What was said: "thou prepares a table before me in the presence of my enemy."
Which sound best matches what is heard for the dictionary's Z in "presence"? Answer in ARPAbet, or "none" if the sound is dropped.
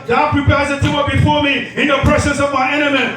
S